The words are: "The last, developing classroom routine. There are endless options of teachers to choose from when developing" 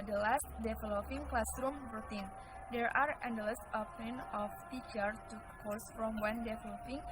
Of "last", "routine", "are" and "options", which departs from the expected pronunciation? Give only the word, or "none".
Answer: options